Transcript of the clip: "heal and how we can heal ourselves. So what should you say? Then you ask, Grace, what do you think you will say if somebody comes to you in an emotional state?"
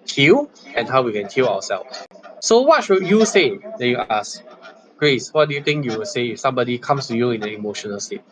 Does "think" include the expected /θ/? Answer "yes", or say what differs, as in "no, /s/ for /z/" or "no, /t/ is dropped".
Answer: no, /t/ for /θ/